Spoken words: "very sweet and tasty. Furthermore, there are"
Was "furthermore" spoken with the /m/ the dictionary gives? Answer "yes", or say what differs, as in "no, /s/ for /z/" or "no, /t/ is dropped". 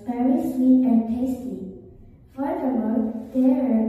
no, /m/ is dropped